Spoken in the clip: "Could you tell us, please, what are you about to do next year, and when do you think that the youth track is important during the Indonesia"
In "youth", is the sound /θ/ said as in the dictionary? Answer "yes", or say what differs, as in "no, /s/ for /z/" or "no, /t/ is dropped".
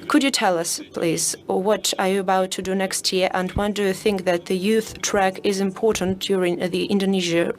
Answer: yes